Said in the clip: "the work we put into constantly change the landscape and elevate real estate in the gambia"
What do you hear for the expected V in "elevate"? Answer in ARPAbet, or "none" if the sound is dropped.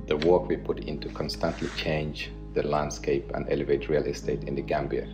V